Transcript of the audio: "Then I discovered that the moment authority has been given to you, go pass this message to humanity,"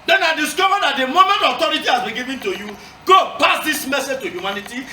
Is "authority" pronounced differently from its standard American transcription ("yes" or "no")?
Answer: yes